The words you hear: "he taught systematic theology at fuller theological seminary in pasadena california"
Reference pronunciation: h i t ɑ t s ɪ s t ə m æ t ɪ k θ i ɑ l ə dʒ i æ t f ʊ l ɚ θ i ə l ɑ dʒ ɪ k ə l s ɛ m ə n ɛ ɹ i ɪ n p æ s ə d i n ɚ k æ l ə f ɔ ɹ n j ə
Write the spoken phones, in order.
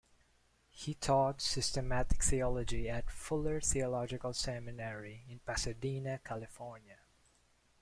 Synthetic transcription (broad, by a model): h i t ɑ t s ɪ s t ə m æ t ɪ k θ i ɑ l ə dʒ i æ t f ʊ l ɚ θ i ə l ɑ dʒ ɪ k ə l s ɛ m ə n ɛ ɹ i ɪ n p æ s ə d i n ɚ k æ l ə f ɔ ɹ n j ə